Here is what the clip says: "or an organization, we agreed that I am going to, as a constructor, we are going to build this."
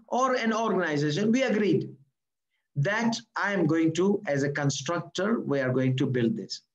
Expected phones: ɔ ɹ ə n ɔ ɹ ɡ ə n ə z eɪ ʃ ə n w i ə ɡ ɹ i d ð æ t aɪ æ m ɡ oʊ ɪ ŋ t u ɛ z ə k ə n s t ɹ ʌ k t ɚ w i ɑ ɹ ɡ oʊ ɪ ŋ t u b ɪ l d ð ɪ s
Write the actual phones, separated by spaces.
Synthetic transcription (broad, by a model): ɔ ɹ ə n ɔ ɹ ɡ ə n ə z eɪ ʃ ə n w i ə ɡ ɹ i d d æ t aɪ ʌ m ɡ oʊ ɪ ŋ t u ɛ z ə k ə n s t ɹ ʌ k t ɚ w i ɑ ɹ ɡ oʊ ɪ ŋ t u b ɪ l d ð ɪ s